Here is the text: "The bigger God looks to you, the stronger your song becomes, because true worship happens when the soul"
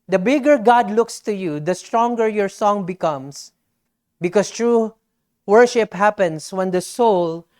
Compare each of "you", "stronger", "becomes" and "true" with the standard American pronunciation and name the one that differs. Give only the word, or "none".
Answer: becomes